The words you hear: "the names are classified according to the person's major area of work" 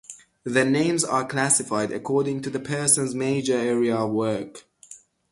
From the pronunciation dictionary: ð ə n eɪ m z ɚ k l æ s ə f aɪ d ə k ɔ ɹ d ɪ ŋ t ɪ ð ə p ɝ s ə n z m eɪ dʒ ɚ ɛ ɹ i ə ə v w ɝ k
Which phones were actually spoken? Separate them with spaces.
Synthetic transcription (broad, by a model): ð ə n eɪ m z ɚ k l æ s ə f aɪ d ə k ɔ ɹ d ɪ ŋ t ɪ ð ə p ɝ s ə n z m eɪ dʒ ɚ ɛ ɹ i ə ə v w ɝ k